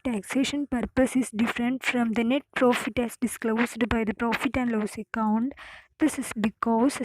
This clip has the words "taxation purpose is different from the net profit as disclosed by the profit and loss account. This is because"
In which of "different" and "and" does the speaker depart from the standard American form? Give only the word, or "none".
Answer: none